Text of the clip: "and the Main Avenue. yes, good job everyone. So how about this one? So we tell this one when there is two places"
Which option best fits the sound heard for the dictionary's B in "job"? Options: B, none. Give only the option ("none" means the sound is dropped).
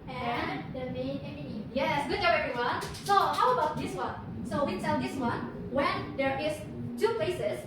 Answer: none